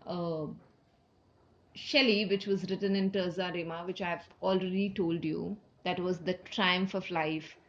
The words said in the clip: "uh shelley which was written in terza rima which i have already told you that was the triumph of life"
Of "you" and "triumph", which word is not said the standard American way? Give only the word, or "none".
none